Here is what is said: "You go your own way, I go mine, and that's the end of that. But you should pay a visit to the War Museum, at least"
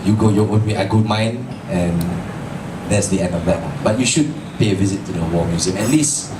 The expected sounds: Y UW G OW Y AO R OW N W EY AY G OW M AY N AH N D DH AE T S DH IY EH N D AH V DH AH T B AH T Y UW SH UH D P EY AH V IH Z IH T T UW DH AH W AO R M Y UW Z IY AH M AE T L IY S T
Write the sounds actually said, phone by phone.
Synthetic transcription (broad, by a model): Y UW G OW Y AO W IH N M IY AY G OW M AY N AH N D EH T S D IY EH N D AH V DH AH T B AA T Y UW SH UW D P EY AH V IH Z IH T T UW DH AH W AO M Y UW Z IY AH M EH T L IY S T